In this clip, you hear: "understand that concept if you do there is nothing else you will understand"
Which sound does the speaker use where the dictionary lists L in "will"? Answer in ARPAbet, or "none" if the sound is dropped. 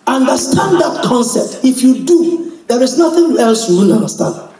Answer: N